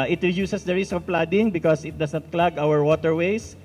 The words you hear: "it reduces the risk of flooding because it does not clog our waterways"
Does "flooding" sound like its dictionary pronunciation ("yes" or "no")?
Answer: no